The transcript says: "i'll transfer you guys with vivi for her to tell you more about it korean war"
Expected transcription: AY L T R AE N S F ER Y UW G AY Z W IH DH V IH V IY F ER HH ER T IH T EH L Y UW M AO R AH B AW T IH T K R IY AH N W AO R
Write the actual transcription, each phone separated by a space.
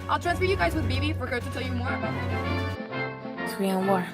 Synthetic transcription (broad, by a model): AY L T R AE N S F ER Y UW G AY Z W IH DH B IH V IY F ER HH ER T IH T EH L Y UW M AO R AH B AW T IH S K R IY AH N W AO R